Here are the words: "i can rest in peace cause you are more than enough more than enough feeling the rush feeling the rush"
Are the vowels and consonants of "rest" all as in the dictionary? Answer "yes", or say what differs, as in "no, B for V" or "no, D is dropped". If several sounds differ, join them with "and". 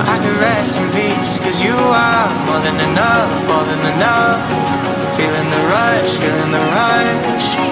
no, T is dropped